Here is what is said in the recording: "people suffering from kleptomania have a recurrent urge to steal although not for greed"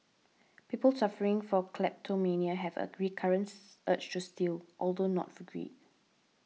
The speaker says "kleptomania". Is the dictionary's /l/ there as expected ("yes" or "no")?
yes